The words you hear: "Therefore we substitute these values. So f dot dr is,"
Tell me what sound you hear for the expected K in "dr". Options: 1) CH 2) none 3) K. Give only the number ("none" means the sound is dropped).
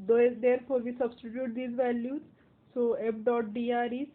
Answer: 2